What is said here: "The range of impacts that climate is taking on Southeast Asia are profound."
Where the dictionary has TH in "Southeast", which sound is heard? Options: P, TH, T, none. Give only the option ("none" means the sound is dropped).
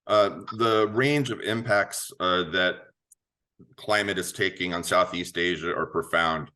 TH